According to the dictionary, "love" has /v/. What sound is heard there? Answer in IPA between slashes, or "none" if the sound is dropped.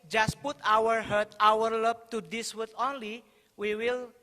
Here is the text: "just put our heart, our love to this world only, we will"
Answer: /b/